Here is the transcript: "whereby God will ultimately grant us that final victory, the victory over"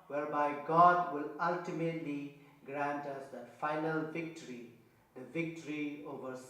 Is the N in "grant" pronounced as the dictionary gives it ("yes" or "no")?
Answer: yes